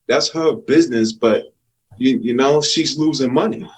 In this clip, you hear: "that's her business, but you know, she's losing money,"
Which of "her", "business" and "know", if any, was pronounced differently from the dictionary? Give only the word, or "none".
none